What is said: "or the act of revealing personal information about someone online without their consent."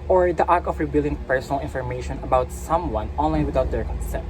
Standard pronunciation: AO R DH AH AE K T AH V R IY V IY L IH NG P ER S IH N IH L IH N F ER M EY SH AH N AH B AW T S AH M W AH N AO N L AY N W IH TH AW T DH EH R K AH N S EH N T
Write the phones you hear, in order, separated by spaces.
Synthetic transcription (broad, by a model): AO R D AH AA K AH F R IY B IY L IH NG P ER S IH N IH L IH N F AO M EY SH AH N AH B AW T S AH M W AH N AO N L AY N W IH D AW T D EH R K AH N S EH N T